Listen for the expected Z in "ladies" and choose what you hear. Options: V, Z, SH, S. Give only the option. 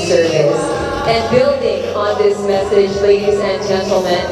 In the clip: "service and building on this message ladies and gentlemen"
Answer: Z